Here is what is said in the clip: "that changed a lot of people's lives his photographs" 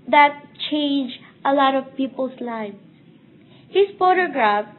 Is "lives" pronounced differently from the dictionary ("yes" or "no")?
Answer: yes